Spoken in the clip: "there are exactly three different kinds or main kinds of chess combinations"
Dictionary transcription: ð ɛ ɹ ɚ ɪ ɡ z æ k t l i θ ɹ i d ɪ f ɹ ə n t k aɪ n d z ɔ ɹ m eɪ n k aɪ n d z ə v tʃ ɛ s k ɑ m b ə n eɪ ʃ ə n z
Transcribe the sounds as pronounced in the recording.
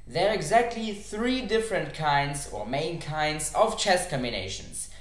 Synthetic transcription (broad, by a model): ð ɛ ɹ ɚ ɪ ɡ z æ k t l i θ ɹ i d ɪ f ɹ ə n t k aɪ n d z ɔ ɹ m eɪ n k aɪ n d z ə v tʃ ɛ s k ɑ m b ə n eɪ ʃ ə n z